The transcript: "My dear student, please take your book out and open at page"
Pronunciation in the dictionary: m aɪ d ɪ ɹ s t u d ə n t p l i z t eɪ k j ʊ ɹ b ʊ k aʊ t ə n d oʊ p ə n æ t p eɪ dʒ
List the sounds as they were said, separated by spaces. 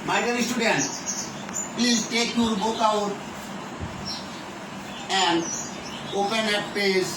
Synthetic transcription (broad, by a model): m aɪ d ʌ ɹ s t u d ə n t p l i t eɪ k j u ɹ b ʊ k aʊ t ə n d oʊ p ə n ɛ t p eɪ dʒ